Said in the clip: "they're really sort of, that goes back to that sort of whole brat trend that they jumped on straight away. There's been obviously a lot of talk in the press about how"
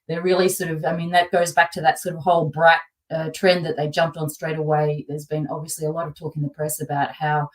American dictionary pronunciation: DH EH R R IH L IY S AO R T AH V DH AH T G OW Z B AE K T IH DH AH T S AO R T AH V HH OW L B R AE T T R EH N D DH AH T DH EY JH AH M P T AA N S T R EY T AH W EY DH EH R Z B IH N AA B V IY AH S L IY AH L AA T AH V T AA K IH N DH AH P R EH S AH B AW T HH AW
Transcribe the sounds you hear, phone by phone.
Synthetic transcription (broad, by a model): DH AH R R IH L IY S AO R T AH V DH AH T G OW Z B AE K T IH DH AH T S AO R T AH V HH OW L B R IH T T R EH N DH AH T DH EY JH AH M P T N S T R EY T AH W EY DH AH R Z B IH N AA B V IY AH S L IY AH L AA T AH V T AA K IH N DH AH P R EH S AH B AW T HH AW